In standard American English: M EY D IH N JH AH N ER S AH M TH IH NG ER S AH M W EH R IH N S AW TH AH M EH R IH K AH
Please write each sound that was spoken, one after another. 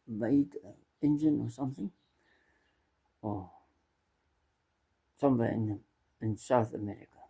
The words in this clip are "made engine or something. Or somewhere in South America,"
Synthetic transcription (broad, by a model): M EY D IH N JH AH N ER S AH M TH IH NG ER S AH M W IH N IH N S AW TH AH M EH R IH K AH